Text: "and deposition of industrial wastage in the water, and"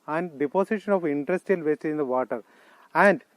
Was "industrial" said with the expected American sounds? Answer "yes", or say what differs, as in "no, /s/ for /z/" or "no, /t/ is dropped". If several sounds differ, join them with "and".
no, /ɹ/ is dropped